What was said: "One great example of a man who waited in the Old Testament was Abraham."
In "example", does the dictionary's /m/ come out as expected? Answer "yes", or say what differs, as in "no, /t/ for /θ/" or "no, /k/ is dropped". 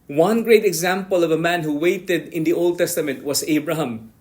yes